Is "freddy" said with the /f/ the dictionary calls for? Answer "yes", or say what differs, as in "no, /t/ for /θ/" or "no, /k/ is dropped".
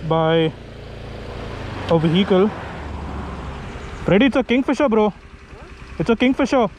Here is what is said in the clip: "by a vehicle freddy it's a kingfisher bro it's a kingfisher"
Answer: no, /p/ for /f/